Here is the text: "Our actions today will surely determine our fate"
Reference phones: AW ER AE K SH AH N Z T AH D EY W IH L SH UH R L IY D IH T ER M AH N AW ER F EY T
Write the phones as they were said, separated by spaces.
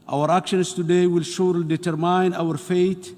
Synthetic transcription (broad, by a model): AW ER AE K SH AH N S T AH D EY W IH L SH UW R L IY D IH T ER M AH N AW ER F EY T